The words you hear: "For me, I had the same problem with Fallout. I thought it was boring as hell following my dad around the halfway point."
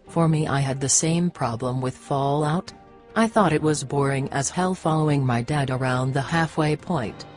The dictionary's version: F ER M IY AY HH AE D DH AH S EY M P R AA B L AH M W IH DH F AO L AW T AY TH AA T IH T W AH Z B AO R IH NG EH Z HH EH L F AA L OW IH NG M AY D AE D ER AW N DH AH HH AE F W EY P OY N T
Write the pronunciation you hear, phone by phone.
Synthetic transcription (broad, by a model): F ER M IY AY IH D DH AH S EY M P R AA B L AH M W IH DH F AO L AW T AY TH AA T IH T W AH Z B AO R IH NG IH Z HH EH L F AA L OW IH NG M AY D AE D ER AW N DH AH HH AE F W EY P OY N T